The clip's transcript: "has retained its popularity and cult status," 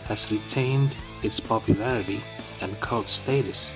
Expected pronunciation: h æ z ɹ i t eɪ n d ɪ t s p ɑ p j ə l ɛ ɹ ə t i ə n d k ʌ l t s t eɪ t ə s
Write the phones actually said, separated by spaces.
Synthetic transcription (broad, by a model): h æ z ɹ i t eɪ n d ɪ t s p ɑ p j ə l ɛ ɹ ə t i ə n k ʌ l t s t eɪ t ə s